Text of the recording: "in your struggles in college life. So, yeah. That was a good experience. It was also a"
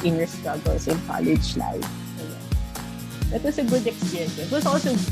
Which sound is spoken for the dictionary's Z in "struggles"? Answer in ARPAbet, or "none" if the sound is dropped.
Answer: S